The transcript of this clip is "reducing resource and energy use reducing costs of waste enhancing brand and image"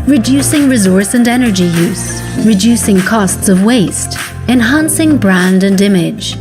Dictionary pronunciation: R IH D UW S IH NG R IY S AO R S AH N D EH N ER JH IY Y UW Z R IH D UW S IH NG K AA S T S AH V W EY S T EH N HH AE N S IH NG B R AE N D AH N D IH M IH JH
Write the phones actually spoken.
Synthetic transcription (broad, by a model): R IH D UW S IH NG R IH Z AO R S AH N EH N ER JH IY Y UW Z R IH D UW S IH NG K AA S T S AH V W EY S T EH N HH AE N S IH NG B R AE N D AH N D IH M IH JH